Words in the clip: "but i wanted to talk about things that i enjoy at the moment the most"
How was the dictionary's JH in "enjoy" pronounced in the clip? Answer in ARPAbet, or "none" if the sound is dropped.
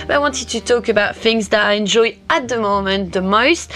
JH